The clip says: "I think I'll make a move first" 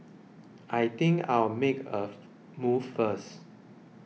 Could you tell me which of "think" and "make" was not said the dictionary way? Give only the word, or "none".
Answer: think